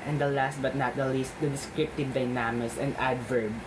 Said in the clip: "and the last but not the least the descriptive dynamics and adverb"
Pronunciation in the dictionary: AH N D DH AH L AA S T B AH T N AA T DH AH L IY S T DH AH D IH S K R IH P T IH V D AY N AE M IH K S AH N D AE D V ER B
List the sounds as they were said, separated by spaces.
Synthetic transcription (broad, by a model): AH N D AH L AA S T B AH T N AA T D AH L IY S T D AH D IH S K R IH P T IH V D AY N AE M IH S AH N D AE D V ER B